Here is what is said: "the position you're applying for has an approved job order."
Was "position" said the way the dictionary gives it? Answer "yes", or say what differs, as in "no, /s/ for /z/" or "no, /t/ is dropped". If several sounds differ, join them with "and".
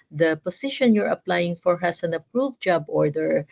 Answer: no, /s/ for /z/